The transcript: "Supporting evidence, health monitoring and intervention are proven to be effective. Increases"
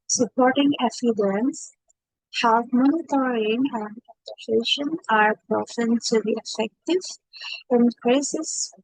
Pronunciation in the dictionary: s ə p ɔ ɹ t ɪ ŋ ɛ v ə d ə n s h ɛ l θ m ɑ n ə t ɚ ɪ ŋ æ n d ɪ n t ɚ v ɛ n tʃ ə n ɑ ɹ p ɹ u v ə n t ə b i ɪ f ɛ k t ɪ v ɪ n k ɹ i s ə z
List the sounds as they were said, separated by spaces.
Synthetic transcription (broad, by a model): s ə p ɔ ɹ t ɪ ŋ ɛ f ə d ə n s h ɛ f m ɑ n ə t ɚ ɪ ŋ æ n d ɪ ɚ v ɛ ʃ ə n ɑ ɹ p ɹ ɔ f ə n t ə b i ɪ f ɛ k t ɪ v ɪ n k ɹ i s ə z